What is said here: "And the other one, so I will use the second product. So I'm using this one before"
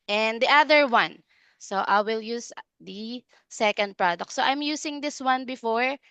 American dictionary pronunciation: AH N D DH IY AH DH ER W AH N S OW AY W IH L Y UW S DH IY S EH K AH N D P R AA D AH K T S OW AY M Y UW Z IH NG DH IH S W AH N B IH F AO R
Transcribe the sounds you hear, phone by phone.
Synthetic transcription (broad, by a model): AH N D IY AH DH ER W AH N S OW AY W IH L Y UW S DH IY S EH K AH N D P R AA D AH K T S OW AY M Y UW S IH NG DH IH S W AH N B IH F AO R